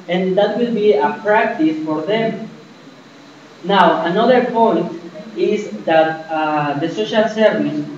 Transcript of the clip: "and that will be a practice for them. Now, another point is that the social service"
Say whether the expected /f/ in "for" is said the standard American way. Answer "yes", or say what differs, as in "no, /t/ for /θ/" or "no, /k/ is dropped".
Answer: yes